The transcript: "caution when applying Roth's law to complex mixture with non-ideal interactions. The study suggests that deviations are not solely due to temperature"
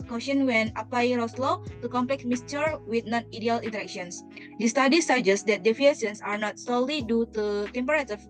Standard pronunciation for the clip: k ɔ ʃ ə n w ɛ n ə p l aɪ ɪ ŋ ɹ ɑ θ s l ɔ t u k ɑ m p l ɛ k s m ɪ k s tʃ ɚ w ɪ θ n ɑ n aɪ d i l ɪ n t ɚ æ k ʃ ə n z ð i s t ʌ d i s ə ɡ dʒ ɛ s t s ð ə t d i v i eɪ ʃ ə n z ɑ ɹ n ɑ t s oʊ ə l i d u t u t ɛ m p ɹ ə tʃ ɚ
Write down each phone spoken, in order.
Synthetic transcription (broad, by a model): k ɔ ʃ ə n w ɛ n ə p l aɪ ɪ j ɹ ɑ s l ɔ t u k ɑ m p l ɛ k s m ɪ s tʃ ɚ w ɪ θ n ɑ n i d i l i n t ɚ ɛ k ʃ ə n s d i s t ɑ d i s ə dʒ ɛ s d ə t d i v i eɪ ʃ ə n s ɑ ɹ n ɑ t s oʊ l i d u t u t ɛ m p ɹ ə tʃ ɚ